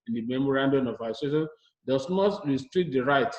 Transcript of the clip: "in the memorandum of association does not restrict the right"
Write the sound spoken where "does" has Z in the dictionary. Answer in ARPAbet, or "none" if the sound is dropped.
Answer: S